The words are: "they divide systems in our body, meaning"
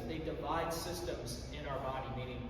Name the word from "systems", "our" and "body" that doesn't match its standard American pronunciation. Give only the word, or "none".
none